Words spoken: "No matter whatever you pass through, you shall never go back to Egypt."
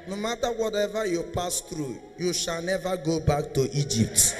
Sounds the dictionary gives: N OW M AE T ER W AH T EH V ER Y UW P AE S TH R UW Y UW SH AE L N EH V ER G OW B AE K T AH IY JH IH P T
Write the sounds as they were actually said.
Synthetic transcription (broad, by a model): N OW M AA T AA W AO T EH V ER Y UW P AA S T R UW Y UW SH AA L N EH V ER G OW B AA K T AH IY JH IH P T